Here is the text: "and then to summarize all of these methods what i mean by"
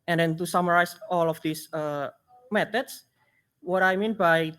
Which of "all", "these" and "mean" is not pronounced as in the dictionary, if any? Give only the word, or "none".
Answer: these